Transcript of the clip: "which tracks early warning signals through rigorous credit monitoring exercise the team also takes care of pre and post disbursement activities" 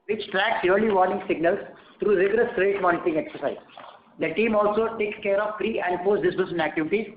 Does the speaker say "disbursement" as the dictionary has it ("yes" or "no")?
no